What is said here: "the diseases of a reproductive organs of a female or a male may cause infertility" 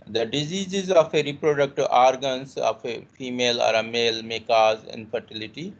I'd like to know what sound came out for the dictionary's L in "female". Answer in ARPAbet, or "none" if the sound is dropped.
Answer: L